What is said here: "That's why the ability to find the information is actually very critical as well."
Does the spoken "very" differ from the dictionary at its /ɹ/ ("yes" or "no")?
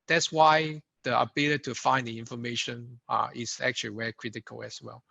yes